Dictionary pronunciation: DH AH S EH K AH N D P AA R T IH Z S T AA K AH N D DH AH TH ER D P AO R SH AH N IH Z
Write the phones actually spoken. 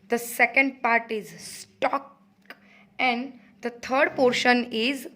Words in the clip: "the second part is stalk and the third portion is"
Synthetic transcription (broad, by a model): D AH S EH K AH N D P AA R T IH Z S T AA K AH N D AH T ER D P AO R SH AH N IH Z